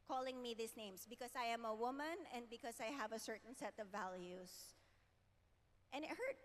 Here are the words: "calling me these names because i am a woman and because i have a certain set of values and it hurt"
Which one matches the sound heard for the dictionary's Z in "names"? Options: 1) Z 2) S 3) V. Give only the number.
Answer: 2